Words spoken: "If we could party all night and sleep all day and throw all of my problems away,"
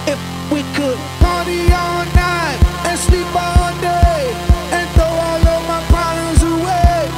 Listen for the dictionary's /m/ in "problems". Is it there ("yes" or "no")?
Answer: no